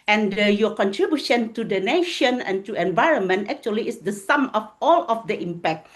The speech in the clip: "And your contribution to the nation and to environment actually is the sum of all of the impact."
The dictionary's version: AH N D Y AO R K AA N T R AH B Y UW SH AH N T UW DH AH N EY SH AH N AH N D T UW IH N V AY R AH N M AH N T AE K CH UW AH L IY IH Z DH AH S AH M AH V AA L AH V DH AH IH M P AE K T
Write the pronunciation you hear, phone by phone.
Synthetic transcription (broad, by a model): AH N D Y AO K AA N T R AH B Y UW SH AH N T UW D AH N EY SH AH N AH N T UW IH N V AY R AH N M AH N T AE K CH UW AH L IY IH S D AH S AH M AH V AA L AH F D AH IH M P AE K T